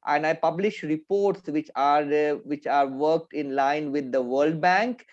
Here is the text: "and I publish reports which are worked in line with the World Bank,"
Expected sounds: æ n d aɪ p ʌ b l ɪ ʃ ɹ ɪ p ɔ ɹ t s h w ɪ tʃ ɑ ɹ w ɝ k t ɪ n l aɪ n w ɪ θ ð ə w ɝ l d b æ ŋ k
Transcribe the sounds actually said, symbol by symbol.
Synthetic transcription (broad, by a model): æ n d aɪ p ʌ b l ɪ ʃ ɹ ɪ p ɔ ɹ t s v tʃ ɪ tʃ ɑ ɹ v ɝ k t ɪ n l aɪ n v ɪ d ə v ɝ l d b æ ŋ k